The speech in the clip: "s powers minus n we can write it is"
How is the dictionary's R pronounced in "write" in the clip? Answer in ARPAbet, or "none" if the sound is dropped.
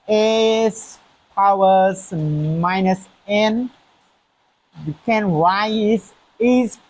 W